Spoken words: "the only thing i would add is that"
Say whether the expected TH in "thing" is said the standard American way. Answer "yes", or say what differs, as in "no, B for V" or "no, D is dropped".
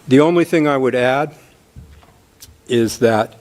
yes